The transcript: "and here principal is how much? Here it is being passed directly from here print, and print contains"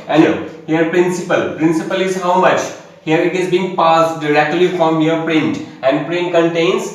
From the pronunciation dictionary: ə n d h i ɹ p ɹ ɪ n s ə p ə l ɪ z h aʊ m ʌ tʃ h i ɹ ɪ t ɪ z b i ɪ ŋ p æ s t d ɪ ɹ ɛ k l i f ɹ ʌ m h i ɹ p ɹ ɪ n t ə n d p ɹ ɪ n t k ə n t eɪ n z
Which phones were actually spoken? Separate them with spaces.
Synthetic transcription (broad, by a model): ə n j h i ɹ p ɹ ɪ n s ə p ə l ɪ z h aʊ m ʌ tʃ h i ɹ ɪ t ɪ z b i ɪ ŋ p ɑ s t d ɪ ɹ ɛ k l i f ɹ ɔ m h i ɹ p ɹ ɪ n t ə n d p ɹ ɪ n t k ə n t eɪ n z